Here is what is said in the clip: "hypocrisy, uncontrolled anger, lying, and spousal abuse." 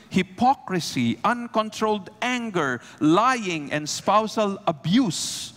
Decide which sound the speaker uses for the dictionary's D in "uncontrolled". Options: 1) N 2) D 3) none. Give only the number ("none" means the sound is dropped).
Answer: 2